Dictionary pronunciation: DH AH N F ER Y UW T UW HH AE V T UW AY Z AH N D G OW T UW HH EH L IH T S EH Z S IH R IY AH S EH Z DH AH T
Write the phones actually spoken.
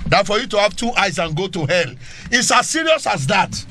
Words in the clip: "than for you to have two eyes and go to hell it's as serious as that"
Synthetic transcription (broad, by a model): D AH F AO Y UW T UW HH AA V T UW AY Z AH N G OW T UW HH EH L IH T S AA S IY R IY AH S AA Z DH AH T